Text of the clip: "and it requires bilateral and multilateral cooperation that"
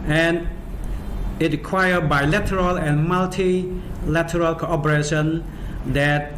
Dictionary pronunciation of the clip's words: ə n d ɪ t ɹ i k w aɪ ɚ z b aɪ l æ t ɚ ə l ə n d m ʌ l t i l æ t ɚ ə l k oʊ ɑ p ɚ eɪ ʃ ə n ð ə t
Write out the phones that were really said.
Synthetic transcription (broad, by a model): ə n ɪ t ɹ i k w aɪ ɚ b aɪ l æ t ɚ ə l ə n m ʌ l t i l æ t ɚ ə l k oʊ ɑ p ɚ eɪ ʃ ə n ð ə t